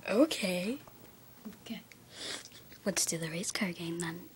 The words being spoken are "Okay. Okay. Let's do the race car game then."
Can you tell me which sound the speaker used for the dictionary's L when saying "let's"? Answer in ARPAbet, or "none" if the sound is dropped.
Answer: W